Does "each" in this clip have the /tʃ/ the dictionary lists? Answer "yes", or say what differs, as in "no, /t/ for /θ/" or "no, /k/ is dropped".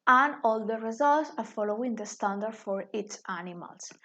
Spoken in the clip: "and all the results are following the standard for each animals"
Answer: no, /s/ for /tʃ/